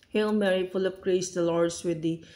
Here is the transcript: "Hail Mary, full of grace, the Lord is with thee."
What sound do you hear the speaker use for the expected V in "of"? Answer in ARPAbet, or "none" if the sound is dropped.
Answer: P